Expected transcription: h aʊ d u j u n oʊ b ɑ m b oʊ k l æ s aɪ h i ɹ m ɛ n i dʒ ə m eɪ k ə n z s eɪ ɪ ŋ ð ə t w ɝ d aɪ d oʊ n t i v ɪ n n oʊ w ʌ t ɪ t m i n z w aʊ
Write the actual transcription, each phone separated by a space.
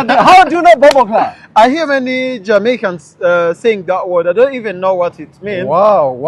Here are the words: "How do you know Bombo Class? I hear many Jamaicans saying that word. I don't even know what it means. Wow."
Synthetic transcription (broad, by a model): h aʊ d u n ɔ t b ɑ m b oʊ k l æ aɪ h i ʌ m ɛ n i dʒ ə m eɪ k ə n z s eɪ ɪ ŋ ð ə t w ɝ d aɪ d oʊ n t i v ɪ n n oʊ w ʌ t ɪ t m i n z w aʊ